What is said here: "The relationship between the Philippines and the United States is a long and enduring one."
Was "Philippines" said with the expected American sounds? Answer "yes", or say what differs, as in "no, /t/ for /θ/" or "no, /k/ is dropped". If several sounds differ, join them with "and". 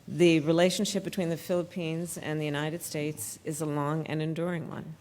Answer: yes